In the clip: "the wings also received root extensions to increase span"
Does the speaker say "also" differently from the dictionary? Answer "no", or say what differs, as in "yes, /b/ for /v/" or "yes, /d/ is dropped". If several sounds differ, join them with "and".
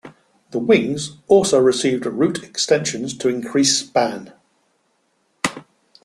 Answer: no